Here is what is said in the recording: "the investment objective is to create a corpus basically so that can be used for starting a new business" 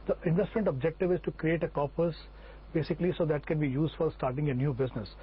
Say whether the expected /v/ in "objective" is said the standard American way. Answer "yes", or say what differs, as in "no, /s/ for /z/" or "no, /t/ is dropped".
yes